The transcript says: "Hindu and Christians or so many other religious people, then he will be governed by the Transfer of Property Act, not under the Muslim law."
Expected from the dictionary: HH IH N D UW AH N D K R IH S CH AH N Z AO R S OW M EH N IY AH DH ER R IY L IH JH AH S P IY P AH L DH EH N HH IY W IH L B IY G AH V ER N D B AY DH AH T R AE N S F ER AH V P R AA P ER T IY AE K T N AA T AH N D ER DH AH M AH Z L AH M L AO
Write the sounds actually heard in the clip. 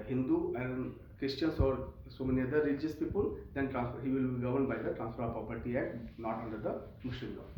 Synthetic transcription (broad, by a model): HH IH N D UW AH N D K R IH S CH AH N S AO R S OW M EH N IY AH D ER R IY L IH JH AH S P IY P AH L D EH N HH IY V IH L B IY G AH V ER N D B AY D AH T R AE N S F ER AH P R AA P ER T IY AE T N AA T AH N D ER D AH M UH S L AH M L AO